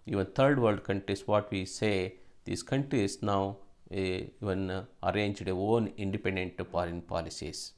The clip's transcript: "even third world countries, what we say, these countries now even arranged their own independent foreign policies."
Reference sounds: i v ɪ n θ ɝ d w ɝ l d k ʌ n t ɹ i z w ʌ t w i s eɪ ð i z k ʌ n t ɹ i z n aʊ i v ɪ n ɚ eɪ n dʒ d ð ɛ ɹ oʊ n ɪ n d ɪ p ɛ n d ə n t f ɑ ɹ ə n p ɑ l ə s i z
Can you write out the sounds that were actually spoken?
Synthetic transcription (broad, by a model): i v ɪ n t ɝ d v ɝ l d k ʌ n t ɹ i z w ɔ t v i s eɪ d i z k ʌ n t ɹ i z n aʊ i v ɪ n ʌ eɪ n dʒ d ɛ oʊ n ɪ n d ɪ p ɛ n d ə n t p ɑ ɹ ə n p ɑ l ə s i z